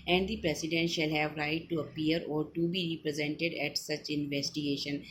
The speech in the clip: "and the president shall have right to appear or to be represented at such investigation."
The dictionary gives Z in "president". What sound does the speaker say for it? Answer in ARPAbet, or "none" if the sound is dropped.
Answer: S